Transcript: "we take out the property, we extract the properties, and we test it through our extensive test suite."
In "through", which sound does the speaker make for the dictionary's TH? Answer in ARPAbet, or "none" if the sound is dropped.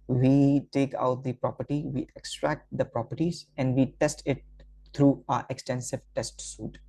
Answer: T